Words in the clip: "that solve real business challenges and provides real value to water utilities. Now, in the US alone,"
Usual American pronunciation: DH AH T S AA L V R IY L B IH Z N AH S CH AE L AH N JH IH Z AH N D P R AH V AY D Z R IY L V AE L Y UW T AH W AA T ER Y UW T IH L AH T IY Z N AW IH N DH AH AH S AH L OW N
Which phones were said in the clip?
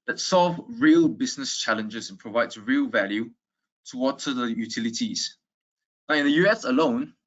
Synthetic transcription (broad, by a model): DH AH T S AA L V R IY L B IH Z N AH S CH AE L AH N JH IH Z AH N P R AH V AY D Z R IY L V AE L Y UW T AH W AA T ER Y UW T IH L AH T IY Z N AW IH N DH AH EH S AH L OW N